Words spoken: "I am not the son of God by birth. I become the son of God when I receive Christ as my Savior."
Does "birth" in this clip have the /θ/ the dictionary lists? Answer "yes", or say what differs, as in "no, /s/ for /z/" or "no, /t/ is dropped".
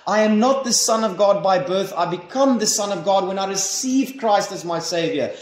yes